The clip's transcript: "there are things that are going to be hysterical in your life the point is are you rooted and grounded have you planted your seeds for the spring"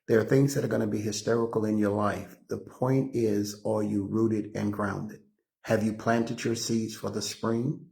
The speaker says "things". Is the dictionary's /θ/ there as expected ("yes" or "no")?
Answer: yes